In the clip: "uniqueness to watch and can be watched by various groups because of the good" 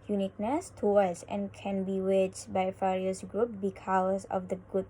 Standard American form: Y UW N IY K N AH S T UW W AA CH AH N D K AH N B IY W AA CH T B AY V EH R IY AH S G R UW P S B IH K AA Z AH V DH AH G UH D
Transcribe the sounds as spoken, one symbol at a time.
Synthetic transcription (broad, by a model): Y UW N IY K N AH S T UW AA S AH N K AH N B IY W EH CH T B AY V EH R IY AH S G R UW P B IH K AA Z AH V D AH G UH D